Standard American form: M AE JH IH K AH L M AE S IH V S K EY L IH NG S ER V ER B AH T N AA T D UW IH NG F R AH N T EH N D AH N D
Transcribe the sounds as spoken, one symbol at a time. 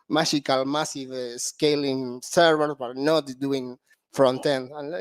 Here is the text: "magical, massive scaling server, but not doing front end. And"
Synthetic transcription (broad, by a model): M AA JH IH K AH L M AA S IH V S K EY L IH NG S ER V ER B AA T N AA T D UW IH NG F R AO N T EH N AH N